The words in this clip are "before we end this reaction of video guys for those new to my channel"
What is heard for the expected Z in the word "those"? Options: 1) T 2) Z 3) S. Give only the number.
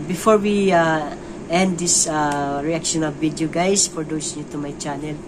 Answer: 3